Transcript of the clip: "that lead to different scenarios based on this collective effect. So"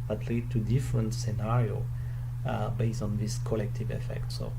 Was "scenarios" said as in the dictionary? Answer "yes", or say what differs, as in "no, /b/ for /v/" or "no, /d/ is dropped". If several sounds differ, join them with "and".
no, /z/ is dropped